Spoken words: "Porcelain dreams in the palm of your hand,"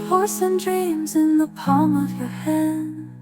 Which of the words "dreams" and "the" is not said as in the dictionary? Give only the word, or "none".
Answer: none